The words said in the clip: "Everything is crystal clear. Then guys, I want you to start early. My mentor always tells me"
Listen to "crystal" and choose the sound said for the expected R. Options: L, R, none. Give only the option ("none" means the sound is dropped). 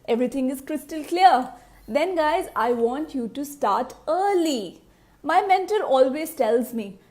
R